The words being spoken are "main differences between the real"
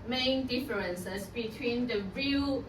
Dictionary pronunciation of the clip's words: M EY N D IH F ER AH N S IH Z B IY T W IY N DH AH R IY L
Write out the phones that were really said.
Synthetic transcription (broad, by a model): M EY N D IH F ER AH N S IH S B IY T W IY N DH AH R IY L